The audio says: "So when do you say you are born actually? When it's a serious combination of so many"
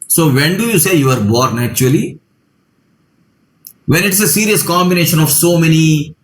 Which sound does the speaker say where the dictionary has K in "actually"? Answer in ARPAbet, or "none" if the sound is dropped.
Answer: none